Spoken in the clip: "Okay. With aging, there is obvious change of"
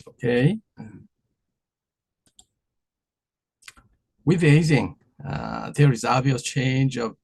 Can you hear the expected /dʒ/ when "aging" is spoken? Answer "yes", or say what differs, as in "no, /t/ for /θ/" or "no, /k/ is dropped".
no, /z/ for /dʒ/